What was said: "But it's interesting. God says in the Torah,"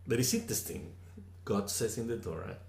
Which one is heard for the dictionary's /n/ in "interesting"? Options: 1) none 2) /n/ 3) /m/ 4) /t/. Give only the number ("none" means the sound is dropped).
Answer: 1